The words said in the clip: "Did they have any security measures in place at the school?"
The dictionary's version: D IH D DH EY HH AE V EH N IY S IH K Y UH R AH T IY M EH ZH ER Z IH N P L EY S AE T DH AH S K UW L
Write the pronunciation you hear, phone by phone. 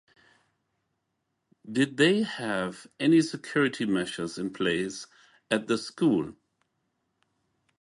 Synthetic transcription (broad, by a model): D IH D DH EY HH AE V EH N IY S IH K Y UH R AH T IY M EH SH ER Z IH N P L EY S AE T DH AH S K UW L